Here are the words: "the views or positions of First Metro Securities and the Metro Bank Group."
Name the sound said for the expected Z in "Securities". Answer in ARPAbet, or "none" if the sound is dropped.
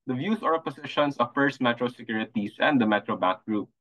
S